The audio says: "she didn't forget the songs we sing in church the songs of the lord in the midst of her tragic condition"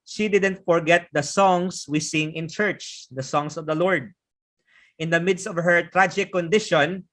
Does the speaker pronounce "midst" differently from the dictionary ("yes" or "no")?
no